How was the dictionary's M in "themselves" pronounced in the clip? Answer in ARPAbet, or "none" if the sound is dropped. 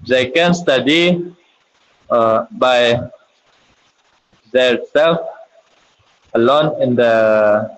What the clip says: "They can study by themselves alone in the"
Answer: none